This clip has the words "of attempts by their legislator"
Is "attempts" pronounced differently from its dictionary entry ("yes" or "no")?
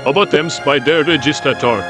yes